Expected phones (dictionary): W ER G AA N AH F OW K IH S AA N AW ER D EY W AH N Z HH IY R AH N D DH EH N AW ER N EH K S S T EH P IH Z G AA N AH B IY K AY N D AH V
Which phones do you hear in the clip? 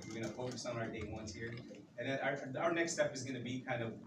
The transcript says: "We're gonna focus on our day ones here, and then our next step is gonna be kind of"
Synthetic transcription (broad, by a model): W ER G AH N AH F OW K IH S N AW ER D EY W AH N S HH IY R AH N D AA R AW ER N EH K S S T EH P IH Z G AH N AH B IY K AY N D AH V